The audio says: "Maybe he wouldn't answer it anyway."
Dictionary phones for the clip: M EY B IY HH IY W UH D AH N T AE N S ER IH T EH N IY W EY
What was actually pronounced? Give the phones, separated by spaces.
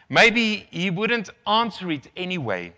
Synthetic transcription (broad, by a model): M EY B IY HH IY W UH D AH N T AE N S ER IH T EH N IY W EY